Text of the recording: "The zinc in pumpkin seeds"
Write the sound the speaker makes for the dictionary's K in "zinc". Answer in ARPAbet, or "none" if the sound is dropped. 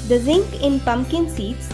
K